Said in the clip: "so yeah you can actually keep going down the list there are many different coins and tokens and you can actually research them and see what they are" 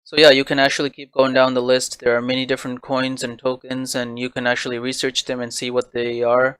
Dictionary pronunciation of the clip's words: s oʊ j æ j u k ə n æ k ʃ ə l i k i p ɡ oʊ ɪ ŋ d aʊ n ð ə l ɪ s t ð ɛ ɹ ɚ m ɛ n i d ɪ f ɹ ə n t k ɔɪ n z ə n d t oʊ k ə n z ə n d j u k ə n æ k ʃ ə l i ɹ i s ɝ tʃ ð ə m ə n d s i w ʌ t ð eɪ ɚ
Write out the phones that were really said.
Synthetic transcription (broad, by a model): s oʊ j æ j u k ə n æ k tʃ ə l i k i p ɡ oʊ ɪ ŋ d aʊ n ð ə l ɪ s t ð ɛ ɹ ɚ m ɛ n i d ɪ f ɹ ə n k ɔɪ n z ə n t oʊ k ə n z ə n j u k ə n æ k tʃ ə l i ɹ i s ɝ tʃ ð ə m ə n s i w ʌ t ð eɪ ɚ